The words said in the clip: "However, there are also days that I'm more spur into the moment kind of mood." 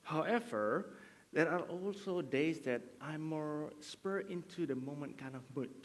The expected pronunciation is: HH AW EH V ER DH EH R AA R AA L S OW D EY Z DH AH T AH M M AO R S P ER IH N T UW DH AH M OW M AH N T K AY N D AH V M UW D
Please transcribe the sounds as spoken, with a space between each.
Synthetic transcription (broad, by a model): HH AW EH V ER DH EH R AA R AA L S OW D EY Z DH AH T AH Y M AO R S P ER IH N T UW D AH M OW M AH N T K AY N D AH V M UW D